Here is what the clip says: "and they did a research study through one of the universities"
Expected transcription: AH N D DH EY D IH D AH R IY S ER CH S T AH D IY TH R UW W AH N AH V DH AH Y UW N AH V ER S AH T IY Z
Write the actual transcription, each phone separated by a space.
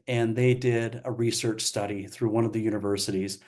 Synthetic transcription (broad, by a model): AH N DH EY D IH D AH R IY S ER CH S T AH D IY TH R UW W AH N AH V DH AH Y UW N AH V ER S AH T IY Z